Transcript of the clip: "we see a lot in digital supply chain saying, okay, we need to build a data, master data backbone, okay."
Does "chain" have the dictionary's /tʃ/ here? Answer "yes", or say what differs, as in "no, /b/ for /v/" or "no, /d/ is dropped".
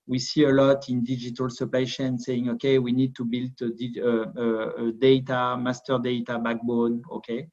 no, /ʃ/ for /tʃ/